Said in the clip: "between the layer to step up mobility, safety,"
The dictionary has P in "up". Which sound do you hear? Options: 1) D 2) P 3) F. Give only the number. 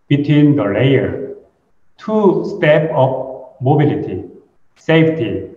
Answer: 3